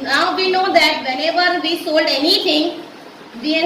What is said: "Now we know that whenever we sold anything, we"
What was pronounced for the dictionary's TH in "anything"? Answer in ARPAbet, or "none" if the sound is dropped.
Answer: T